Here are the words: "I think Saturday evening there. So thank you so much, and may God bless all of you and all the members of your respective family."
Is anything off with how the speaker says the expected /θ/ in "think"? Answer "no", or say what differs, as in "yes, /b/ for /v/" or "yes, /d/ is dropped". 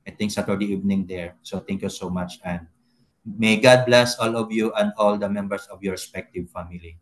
yes, /t/ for /θ/